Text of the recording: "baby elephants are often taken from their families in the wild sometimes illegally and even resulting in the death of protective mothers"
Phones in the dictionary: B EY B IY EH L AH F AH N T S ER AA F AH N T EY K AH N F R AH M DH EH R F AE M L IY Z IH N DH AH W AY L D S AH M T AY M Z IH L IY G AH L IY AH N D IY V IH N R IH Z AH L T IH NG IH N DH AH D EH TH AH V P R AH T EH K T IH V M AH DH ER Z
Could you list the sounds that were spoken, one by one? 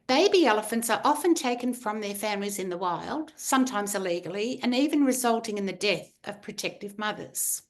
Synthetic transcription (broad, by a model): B EY B IY EH L AH F AH N T S ER AA F AH N T EY K N F R AH M DH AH R F AE M L IY Z IH N DH AH W AY L D S AH M T AY M Z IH L IY G L IY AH N IY V IH N R IH Z AH L T IH NG IH N DH AH D EH TH AH V P R AH T EH K T IH V M AH DH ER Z